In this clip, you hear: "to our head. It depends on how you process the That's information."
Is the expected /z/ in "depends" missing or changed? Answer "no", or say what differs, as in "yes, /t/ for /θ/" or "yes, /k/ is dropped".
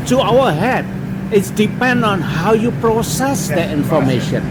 yes, /z/ is dropped